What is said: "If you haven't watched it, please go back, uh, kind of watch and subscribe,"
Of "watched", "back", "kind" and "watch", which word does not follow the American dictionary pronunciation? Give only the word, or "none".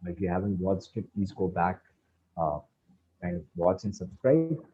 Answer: watched